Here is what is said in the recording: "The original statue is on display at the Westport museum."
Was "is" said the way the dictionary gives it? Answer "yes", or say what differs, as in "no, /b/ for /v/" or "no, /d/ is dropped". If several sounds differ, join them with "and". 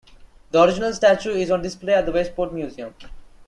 yes